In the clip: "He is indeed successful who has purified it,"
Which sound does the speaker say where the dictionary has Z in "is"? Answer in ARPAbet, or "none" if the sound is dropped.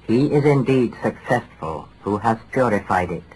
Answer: Z